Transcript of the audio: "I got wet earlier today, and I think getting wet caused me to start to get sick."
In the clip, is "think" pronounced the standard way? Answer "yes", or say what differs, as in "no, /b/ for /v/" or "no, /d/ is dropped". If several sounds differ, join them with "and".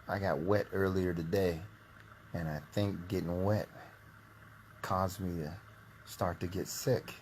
yes